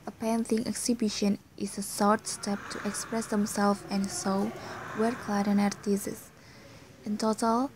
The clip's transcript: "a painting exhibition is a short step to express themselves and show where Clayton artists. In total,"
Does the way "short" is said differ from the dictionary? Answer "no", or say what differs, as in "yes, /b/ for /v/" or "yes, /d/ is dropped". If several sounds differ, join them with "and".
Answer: yes, /s/ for /ʃ/